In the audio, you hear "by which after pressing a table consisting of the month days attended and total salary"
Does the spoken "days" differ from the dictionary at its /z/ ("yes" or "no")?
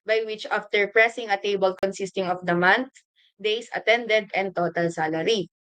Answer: yes